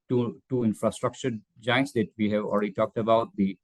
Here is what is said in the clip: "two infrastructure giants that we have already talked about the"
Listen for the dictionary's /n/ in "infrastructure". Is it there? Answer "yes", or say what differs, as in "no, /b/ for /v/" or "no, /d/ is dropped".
yes